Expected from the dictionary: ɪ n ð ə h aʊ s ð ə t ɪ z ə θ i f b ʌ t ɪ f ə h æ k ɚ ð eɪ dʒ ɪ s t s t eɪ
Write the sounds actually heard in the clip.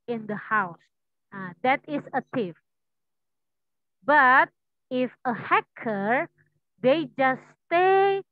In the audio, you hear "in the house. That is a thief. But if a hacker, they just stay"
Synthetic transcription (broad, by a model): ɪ n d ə h aʊ s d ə t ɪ s ə t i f b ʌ t ɪ f ə h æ k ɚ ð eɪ dʒ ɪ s s t eɪ